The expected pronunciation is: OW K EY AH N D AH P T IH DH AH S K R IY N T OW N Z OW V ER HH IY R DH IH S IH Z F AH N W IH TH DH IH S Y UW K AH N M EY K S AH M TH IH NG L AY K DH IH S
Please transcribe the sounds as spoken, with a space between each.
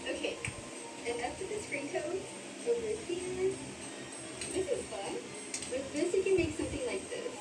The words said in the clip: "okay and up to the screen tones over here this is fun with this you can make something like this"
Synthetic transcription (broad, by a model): OW K EY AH N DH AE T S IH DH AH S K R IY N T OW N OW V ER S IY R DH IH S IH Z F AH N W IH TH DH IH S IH K AH N M EY K S AH M TH IH NG L AY K DH IH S